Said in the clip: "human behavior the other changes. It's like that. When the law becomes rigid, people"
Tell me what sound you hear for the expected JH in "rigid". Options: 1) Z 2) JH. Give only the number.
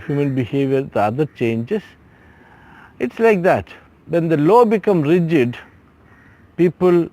2